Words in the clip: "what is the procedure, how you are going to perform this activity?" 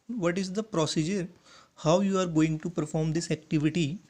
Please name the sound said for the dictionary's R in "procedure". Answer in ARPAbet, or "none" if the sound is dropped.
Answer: R